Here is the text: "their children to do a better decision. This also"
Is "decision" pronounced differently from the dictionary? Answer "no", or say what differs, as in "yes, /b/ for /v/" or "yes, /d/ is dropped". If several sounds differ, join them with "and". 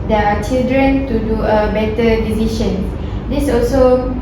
yes, /ʃ/ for /ʒ/